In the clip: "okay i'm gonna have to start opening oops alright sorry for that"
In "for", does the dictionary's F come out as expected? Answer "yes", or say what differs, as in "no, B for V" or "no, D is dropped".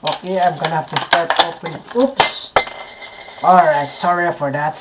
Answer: yes